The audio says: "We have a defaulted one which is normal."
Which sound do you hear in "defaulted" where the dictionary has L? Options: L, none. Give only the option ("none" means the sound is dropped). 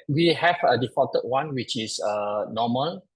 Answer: none